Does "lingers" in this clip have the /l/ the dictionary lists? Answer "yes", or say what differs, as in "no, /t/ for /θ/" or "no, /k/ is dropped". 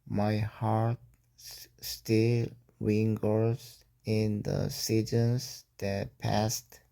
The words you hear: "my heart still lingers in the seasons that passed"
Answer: no, /w/ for /l/